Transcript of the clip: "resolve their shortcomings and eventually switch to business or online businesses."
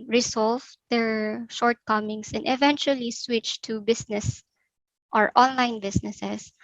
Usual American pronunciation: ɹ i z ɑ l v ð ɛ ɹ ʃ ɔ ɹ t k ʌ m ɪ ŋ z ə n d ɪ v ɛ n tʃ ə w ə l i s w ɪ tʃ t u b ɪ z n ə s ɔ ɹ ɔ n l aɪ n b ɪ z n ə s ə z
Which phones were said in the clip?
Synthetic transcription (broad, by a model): ɹ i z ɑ l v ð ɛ ɹ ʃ ɔ ɹ t k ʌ m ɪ ŋ s ə n d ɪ v ɛ n tʃ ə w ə l i s w ɪ tʃ t u b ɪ s n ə s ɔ ɹ ɔ n l aɪ n b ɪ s n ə s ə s